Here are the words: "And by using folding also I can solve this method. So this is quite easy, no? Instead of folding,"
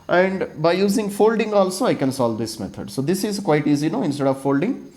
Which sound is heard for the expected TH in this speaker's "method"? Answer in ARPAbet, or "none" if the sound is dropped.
T